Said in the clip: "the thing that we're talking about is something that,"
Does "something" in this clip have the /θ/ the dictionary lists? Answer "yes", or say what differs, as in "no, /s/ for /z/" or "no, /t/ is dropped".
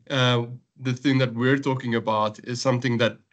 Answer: yes